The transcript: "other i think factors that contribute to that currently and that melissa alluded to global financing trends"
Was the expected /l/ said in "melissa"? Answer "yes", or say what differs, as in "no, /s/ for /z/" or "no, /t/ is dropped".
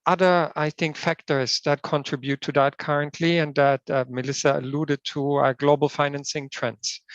yes